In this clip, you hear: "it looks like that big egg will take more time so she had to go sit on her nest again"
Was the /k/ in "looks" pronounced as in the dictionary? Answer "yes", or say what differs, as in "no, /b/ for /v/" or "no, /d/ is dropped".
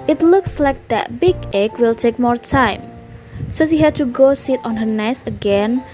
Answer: yes